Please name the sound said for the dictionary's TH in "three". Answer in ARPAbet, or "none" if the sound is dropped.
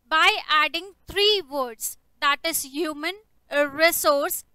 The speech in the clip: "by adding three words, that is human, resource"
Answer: T